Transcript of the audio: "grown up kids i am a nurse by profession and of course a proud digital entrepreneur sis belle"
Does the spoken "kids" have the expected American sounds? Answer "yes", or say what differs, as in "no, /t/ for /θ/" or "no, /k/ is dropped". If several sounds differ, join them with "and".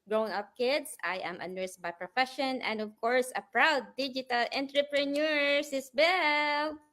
no, /s/ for /z/